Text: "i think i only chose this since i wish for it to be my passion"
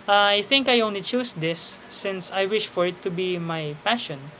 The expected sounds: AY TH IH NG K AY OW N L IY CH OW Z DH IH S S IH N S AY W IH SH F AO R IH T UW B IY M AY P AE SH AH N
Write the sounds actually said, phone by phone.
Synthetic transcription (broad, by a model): AY TH IH NG K AY OW N L IY CH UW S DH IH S S IH N S AY W IH SH F AO R IH T UW B IY M AY P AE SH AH N